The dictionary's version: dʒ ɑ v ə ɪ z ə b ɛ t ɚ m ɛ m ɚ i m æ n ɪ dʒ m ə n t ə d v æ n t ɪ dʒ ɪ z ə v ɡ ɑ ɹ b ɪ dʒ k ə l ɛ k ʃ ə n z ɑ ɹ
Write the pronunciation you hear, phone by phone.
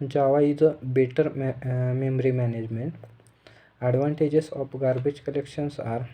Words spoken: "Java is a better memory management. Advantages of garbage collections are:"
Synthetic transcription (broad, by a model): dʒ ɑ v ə ɪ z ə b ɛ t ɚ m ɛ m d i m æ n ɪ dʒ m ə n t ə d v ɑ n t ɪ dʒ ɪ s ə p ɡ ɑ ɹ b ɪ dʒ k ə l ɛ k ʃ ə n s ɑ ɹ